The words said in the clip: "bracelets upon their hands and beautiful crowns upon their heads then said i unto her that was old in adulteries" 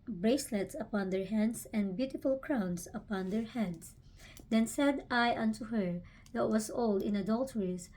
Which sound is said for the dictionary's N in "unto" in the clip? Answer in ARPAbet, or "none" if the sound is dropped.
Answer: N